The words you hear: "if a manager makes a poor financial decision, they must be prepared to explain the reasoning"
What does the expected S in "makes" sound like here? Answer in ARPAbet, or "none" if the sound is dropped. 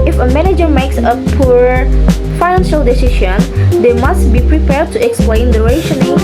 S